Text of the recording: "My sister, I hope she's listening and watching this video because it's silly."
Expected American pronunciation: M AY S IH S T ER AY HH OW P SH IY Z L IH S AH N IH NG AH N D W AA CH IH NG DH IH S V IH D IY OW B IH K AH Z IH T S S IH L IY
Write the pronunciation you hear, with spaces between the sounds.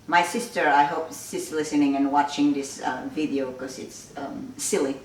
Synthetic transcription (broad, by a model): M AY S IH S T ER AY HH OW P S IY S L IH S AH N IH NG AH N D W AA CH IH NG DH IH S V IH D IY OW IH K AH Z IH T S S IH L IY